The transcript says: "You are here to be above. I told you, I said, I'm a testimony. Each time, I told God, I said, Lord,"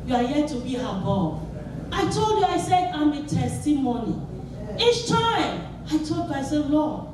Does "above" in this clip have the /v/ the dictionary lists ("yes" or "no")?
no